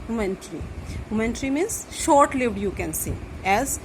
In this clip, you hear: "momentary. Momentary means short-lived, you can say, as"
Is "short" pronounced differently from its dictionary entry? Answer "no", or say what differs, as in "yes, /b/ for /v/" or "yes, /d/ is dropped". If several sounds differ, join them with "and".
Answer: no